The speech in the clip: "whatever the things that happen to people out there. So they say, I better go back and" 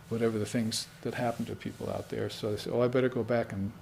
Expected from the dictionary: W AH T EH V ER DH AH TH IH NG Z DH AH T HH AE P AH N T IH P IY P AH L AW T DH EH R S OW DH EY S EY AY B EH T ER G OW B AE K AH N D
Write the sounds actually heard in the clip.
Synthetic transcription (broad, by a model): W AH T EH V ER DH AH TH IH NG Z DH AH T HH AE P N T IH P IY P L AW T DH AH R S OW DH EY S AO AY B EH T ER G OW B AE K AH N